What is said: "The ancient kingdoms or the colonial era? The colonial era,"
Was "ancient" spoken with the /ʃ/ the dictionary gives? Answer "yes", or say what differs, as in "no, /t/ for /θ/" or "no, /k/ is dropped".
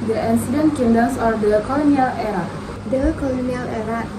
no, /s/ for /ʃ/